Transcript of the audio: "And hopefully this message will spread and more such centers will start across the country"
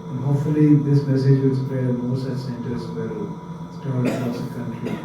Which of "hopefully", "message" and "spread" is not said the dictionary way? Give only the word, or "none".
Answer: spread